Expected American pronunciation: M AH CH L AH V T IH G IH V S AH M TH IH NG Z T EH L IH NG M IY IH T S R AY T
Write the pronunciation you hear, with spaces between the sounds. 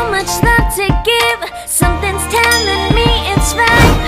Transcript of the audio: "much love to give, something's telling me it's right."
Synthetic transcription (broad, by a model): M AH CH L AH T IH G IH V S AH M TH IH NG Z T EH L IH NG M IY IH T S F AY